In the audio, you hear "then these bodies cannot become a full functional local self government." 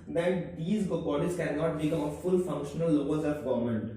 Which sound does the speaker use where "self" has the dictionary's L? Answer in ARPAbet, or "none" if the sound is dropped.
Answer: none